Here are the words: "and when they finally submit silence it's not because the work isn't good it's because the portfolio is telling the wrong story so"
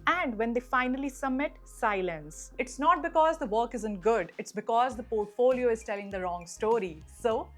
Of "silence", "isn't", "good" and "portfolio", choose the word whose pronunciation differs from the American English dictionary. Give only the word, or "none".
none